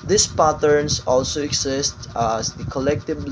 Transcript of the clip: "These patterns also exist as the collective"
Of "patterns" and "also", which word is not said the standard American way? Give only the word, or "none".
patterns